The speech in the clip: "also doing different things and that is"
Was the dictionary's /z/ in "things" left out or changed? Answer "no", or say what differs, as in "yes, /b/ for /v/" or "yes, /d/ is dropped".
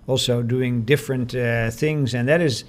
no